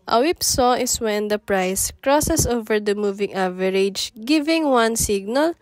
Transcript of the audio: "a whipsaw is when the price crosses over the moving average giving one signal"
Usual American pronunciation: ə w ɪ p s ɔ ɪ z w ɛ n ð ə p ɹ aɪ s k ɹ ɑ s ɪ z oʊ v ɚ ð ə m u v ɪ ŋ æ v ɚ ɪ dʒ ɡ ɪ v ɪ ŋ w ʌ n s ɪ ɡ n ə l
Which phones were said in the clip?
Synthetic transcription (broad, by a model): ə w ɪ p s ɔ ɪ s w ɛ n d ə p ɹ aɪ s k ɹ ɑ s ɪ s oʊ v ɚ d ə m u v ɪ ŋ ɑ v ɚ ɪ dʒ ɡ ɪ v ɪ ŋ w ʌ n s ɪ ɡ n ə l